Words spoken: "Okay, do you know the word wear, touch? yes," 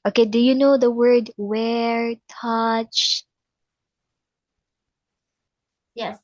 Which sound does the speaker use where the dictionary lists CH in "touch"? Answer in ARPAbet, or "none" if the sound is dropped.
CH